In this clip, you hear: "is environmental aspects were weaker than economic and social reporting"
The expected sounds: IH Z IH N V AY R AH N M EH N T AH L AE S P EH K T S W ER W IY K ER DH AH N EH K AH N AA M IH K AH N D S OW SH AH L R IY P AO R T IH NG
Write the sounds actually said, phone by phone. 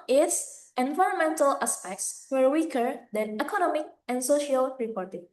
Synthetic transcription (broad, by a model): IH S IH N V AY R AH N M EH N T AH L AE S P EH K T S W ER W IY K ER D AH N EH K AH N AA M IH K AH N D S OW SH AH L R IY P AO R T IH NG